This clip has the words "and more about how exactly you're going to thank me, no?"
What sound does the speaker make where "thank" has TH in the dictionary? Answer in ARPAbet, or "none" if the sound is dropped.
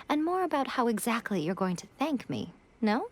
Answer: TH